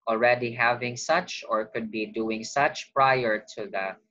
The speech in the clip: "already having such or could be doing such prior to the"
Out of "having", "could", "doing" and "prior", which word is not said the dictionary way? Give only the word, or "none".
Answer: none